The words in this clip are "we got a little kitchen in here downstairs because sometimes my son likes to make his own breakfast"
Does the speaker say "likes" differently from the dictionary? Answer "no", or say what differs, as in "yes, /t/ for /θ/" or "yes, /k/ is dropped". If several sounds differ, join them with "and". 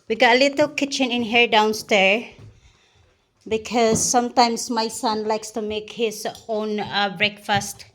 no